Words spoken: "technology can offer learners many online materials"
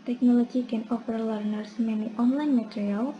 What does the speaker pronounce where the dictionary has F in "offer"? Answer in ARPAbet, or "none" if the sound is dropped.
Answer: P